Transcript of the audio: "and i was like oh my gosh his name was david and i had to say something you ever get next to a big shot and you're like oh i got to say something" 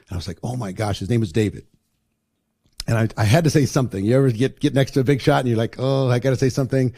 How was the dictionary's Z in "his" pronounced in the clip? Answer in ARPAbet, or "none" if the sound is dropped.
Z